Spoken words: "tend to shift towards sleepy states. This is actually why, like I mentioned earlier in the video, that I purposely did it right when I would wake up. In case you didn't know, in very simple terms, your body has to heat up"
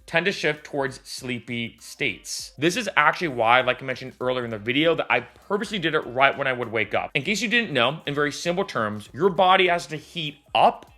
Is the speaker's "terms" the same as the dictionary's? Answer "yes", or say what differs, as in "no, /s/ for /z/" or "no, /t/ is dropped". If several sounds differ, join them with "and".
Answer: yes